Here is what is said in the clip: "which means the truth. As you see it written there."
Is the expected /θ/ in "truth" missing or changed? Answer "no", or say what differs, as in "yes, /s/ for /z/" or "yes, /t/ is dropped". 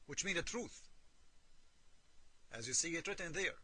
no